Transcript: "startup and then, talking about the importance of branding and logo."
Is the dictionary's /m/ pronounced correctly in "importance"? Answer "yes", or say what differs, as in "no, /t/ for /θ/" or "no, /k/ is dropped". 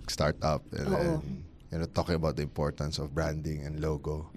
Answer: yes